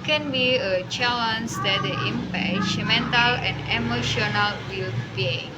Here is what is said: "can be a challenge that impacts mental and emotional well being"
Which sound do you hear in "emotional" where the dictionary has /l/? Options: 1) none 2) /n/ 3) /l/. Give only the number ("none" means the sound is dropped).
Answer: 3